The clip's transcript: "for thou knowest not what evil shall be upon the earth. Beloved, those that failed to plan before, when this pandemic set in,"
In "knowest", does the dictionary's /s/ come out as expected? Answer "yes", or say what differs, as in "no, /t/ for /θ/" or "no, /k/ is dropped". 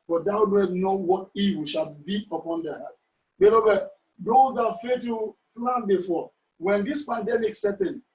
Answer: no, /s/ is dropped